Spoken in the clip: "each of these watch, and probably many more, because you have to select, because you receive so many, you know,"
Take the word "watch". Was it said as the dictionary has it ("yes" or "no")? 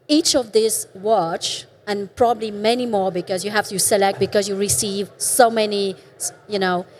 yes